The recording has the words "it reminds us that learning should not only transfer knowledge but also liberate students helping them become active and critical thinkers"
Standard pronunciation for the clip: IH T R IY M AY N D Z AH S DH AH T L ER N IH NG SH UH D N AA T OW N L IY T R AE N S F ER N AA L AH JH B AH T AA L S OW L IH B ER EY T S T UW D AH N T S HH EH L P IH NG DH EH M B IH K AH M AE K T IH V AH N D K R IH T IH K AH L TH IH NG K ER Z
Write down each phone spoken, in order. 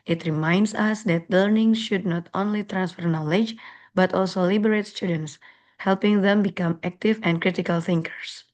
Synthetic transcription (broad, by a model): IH T R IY M AY N D S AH S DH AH T L ER N IH NG SH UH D N AA T OW N L IY T R AE N S F ER N AA L AH JH B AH T AA L S OW L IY B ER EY T S T UW D AH N T S HH EH L P IH NG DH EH M B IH K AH M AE K T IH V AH N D K R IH T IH K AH L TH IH NG K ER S